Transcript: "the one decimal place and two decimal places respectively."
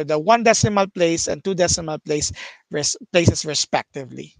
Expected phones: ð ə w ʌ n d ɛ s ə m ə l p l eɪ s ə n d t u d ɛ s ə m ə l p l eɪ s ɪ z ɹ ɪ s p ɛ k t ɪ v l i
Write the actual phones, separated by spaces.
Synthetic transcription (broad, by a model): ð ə w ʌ n d ɛ s ə m ə l p l eɪ s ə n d t u d ɛ s ə m ə l p l eɪ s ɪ s ɹ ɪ s p ɛ k t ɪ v l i